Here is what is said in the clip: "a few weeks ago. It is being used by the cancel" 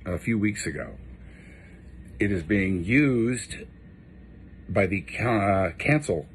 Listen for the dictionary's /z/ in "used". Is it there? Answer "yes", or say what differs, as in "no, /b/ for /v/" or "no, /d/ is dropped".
yes